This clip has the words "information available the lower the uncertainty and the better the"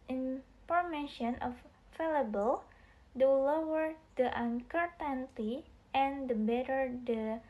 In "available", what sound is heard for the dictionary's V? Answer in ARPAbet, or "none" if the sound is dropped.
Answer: F